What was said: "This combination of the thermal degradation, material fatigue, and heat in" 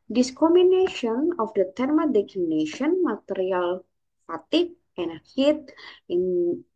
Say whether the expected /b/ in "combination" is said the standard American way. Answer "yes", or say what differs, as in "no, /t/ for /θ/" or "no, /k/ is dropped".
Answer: no, /b/ is dropped